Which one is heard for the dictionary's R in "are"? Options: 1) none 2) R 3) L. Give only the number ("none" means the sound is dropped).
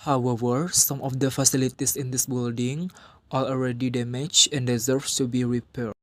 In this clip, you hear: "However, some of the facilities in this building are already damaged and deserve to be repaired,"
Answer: 3